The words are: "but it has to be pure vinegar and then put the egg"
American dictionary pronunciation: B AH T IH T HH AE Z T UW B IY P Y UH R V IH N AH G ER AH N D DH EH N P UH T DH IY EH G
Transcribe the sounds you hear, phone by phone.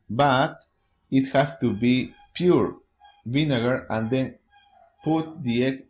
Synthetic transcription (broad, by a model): B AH T IH T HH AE S T UW B IY P Y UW R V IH N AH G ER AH N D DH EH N P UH T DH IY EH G